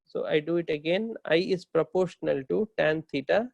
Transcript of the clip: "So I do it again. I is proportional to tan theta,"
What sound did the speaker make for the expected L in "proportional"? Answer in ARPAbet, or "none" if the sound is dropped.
L